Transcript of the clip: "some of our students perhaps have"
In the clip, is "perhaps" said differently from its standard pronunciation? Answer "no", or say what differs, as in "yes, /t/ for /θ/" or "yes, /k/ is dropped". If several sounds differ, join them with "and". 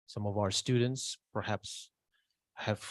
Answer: no